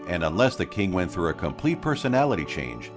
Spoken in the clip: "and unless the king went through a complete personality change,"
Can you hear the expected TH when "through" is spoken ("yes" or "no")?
yes